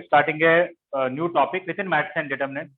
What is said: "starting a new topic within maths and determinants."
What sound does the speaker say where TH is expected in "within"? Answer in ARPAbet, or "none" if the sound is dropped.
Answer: T